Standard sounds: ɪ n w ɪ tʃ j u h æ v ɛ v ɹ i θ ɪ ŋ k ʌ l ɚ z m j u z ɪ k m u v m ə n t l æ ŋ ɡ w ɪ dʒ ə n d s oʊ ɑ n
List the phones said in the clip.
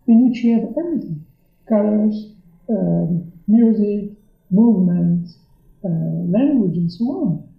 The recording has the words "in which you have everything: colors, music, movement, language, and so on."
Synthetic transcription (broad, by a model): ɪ n w ɪ tʃ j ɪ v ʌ p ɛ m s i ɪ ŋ k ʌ l ɚ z m j u z ɪ k m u v m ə n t l æ ŋ ɡ w ɪ dʒ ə n s oʊ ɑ n